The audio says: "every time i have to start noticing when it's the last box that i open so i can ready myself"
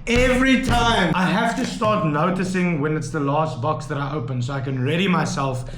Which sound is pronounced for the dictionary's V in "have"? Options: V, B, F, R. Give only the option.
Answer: F